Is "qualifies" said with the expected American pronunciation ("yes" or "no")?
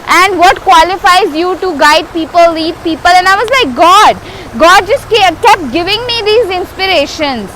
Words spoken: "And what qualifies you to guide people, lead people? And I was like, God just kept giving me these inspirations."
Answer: yes